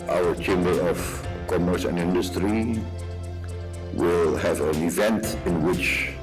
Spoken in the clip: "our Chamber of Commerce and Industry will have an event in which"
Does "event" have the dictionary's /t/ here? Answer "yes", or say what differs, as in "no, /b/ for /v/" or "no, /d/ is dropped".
yes